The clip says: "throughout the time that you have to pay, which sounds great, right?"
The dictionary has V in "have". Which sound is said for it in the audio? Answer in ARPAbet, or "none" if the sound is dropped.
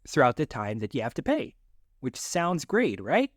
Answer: F